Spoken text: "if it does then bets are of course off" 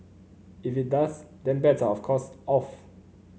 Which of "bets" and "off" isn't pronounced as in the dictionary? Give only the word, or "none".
bets